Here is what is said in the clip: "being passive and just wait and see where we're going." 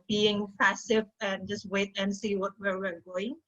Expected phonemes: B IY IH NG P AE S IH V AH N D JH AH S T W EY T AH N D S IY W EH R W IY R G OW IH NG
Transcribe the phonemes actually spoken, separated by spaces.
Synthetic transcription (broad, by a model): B IY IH NG P AE S IH V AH N JH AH S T W EY T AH N S IY W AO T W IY W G OW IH NG